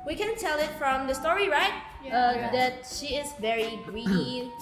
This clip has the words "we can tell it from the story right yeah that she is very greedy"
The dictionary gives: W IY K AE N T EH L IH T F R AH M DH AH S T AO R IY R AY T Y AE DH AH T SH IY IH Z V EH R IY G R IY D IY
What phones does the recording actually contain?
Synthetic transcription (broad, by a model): W IY K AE N T EH L IH T F R AH M DH AH S T AO R IY R AY T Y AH DH AH T SH IY IH Z V EH R IY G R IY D